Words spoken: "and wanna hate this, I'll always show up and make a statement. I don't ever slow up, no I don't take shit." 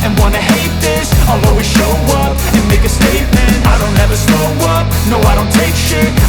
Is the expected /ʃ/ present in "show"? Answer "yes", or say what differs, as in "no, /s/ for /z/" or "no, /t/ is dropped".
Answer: yes